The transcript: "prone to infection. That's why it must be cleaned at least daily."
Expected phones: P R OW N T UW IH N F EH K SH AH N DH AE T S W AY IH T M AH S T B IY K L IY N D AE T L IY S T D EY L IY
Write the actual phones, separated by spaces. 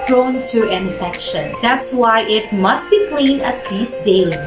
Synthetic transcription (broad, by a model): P R OW N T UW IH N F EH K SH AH N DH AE T S W AY IH T M AH S T B IY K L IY N AH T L IY S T D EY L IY